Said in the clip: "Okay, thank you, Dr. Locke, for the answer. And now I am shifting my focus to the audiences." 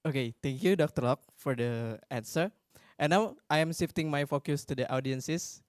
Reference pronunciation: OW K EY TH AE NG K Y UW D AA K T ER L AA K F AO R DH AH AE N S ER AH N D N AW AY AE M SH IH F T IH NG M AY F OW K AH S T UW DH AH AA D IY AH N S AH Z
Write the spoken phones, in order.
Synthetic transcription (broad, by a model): OW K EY T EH NG K Y UW D AA K T ER L AA K F AO R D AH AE N S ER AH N N AW AY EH M S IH F T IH NG M AY F OW K AH S T UW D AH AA D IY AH N S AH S